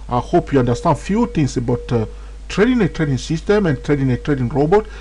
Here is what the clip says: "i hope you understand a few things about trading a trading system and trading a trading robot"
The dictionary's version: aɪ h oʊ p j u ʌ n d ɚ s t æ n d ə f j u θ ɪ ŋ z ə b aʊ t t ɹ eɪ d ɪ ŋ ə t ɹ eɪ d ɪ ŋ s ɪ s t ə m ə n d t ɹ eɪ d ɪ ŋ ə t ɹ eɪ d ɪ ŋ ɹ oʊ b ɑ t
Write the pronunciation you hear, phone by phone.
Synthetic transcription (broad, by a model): aɪ h oʊ p j u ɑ n d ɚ s t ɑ n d f j u t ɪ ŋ s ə b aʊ t t ɹ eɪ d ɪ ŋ ə t ɹ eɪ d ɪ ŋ s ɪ s t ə m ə n t ɹ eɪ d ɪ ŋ ə t ɹ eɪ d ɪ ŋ ɹ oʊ b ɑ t